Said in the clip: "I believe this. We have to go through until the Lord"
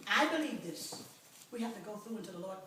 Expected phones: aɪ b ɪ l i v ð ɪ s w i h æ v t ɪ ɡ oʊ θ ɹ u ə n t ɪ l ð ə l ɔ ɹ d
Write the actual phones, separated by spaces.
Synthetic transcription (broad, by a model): aɪ b ɪ l i v ð ɪ s w i h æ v t ɪ ɡ oʊ θ ɹ u n t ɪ ð ə l ɔ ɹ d